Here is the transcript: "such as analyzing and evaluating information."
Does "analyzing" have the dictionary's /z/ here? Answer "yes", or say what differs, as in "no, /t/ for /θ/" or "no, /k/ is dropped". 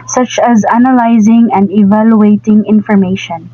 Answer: yes